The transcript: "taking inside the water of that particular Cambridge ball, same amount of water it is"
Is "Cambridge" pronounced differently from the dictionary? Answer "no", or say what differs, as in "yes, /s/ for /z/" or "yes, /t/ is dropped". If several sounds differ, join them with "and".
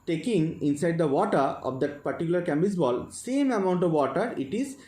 yes, /ɹ/ is dropped